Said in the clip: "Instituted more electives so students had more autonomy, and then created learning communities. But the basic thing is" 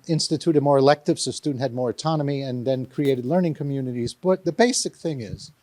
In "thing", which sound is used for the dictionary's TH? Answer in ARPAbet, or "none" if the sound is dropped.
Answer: TH